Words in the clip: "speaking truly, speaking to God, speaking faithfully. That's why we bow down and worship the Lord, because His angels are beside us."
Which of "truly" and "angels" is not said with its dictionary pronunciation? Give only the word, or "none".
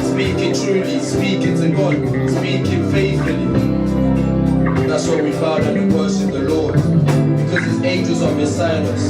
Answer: angels